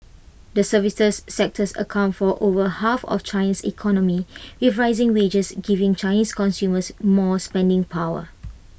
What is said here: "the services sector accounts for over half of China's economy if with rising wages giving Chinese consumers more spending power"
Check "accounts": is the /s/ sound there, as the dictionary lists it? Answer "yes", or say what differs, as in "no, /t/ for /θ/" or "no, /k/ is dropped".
no, /s/ is dropped